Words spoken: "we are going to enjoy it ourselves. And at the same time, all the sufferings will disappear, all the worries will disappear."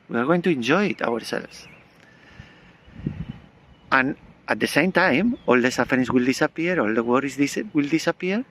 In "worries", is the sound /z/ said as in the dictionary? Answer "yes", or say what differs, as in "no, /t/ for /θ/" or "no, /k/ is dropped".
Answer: no, /s/ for /z/